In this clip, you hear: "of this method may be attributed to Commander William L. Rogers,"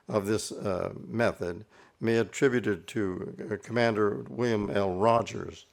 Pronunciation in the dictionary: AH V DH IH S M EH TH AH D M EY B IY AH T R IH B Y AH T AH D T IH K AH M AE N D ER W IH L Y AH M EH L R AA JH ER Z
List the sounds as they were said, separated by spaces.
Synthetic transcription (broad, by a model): AH V DH IH S M EH TH AH D M EY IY AH T R IH B Y AH T AH D T IH K AH M AE N D ER W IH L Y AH M EH L R AA JH ER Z